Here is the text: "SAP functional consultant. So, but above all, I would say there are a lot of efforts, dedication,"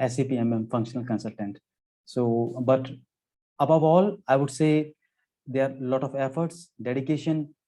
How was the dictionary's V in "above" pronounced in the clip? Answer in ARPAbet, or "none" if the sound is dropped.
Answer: V